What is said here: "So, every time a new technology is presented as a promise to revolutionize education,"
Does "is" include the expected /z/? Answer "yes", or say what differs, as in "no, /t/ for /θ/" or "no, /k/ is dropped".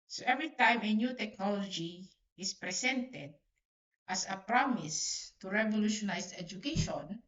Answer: no, /s/ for /z/